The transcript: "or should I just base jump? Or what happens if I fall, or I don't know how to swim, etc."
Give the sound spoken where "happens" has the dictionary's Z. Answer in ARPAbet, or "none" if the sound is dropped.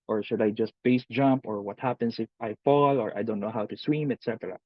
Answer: S